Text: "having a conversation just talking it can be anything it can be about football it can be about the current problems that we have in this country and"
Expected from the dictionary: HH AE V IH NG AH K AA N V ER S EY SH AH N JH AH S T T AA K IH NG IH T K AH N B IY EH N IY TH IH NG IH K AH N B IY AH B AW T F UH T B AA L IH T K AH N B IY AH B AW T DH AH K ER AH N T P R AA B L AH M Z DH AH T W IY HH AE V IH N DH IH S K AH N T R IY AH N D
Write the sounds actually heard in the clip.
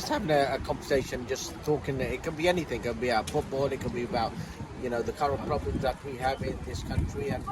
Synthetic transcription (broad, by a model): HH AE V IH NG AH K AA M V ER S EY SH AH N JH AH S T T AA K IH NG IH T K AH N B IY EH N IY TH IH NG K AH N B IY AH UH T F UH T B AA L IH T K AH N B IY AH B AW T DH AH K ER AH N P R AA B L AH M Z DH AH T W IY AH V IH N DH IH S K AH N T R IY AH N